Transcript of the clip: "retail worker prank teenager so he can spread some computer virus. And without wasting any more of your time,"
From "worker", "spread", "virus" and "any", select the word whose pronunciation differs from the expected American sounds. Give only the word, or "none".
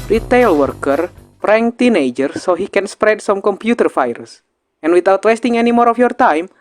virus